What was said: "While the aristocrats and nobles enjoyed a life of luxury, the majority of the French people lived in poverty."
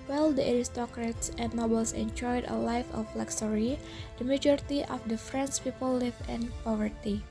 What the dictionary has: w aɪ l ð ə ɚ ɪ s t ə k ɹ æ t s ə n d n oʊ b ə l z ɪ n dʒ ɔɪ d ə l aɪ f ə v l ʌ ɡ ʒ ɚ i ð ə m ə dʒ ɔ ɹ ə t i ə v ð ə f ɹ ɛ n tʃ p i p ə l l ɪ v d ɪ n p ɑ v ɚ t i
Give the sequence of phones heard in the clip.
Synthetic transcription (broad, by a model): w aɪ l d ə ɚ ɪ s t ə k ɹ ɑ t s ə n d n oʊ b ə l s ɪ n dʒ ɔɪ d ə l aɪ f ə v l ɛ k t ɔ i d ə m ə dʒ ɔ ɹ t i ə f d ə f ɹ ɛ n s p i p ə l l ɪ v ɪ n p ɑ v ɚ t i